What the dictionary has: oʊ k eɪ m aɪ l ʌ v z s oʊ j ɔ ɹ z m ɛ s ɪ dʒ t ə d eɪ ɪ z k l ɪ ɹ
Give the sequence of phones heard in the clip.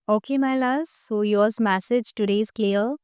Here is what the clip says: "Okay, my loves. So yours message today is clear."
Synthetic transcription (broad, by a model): oʊ k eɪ m aɪ l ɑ z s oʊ j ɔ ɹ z m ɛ s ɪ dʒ t ə d eɪ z k l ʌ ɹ